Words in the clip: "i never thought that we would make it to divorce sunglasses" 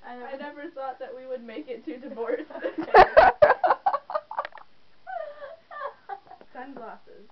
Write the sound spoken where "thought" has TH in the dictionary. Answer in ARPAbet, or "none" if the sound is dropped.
TH